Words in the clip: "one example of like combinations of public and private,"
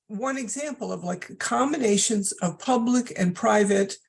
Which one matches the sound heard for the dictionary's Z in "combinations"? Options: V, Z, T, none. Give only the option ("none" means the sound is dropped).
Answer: Z